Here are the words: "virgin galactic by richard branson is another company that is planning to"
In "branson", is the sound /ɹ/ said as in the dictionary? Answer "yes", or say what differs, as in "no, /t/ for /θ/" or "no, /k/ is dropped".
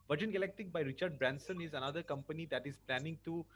yes